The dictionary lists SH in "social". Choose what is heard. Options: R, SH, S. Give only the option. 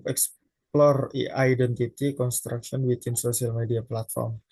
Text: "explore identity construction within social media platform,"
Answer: S